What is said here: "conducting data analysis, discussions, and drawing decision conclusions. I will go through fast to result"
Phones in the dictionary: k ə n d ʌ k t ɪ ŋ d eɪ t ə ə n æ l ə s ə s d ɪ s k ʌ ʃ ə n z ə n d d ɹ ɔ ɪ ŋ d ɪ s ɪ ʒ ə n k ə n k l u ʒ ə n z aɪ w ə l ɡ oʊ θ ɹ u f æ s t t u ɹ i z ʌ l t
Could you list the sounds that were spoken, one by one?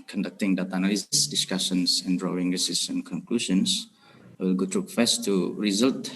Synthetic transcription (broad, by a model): k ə n d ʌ k t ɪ ŋ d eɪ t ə n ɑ l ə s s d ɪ s k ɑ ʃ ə n s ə n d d ɹ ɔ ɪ ŋ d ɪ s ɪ s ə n k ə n k l u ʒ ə n s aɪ w ə l ɡ oʊ t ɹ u f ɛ s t t u ɹ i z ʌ l t